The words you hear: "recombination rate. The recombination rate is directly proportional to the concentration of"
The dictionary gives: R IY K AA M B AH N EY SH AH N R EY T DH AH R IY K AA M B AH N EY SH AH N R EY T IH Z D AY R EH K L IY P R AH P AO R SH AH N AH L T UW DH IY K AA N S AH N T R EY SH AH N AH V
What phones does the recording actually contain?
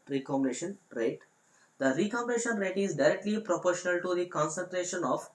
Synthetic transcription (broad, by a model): R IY K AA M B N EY SH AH N R EY T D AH R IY K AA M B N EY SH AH N R EY T IH Z D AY R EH K L IY P R AH P AO R SH AH N AH L T UW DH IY K AA N S AH N T R EY SH AH N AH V